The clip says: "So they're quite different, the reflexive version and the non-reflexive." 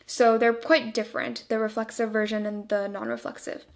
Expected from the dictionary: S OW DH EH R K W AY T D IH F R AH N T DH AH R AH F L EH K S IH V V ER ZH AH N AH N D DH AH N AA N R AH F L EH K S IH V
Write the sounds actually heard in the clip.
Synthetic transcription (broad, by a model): S OW DH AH R K W AY T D IH F R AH N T DH AH R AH F L EH K S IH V V ER ZH AH N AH N DH AH N AA N R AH F L EH K S IH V